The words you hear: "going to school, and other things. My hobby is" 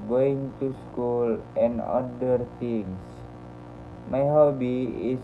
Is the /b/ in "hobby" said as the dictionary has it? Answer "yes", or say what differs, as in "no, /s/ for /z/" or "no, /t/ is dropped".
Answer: yes